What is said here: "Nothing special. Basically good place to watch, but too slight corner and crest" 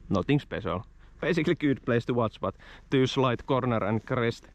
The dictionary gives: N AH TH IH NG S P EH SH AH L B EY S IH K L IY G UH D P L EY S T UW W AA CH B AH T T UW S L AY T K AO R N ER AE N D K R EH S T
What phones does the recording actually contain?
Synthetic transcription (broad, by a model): N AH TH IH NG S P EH S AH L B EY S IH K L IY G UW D P L EY S T UW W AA S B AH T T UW S L AY T K AO R N ER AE N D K R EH S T